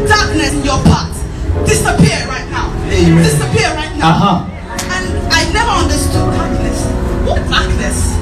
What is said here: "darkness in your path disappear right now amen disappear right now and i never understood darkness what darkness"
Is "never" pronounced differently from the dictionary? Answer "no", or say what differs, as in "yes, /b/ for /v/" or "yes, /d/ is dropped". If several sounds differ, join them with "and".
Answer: no